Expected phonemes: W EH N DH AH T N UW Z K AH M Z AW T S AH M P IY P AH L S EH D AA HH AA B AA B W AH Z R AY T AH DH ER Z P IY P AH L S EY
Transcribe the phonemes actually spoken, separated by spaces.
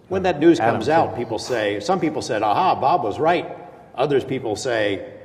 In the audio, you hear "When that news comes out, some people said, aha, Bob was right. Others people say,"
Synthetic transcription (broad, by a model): W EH N DH AH T N UW Z K AH M Z AW T S AH M P IY P L S EH D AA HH AA B AA B W AH Z R AY T AH DH ER Z P IY P L S EY